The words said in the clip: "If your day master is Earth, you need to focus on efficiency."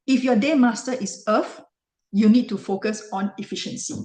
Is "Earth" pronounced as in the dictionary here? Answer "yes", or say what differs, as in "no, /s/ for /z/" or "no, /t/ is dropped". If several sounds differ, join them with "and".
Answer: no, /f/ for /θ/